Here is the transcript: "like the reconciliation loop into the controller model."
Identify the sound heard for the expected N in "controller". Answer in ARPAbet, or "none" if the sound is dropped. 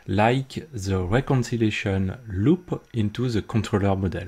none